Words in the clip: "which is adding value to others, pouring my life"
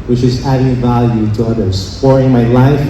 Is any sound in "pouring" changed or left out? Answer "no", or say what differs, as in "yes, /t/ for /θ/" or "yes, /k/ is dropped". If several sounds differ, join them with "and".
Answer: yes, /f/ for /p/